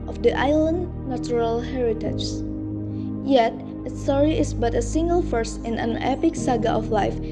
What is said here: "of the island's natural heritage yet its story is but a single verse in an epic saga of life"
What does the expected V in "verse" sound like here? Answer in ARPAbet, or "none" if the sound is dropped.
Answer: F